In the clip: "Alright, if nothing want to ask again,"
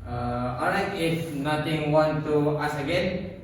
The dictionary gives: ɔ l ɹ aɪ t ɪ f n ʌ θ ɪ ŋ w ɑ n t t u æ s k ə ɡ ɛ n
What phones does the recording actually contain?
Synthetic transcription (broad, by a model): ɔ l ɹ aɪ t ɪ f n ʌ t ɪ ŋ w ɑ n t t u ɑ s ə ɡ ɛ n